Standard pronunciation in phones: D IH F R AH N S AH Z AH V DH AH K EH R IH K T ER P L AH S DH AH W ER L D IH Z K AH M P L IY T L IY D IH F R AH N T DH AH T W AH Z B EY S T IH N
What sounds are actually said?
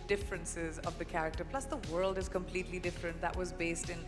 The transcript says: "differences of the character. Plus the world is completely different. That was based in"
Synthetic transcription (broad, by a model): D IH F R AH N S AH Z AH V DH AH K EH R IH K T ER P L AH S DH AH W ER L D IH Z K AH M P L IY T L IY D IH F R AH N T DH AH T W AH Z B EY S T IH N